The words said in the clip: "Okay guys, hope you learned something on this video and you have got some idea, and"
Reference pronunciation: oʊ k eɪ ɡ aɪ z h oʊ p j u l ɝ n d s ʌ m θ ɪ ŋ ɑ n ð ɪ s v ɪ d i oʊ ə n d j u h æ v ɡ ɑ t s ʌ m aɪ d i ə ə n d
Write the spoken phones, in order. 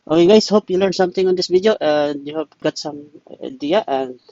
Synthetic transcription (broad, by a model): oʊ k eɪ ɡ aɪ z h oʊ p j u l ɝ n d s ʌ m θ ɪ ŋ ɑ n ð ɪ s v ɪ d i oʊ ə n d j u h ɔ p ɡ ɑ t s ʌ m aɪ d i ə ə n